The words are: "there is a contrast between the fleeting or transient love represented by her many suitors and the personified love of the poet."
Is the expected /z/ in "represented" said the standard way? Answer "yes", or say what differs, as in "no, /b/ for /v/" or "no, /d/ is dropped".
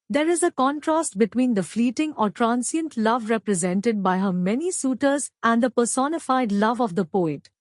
yes